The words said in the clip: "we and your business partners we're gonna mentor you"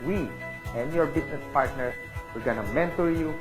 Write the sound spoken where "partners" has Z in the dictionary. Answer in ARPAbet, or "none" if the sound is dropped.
none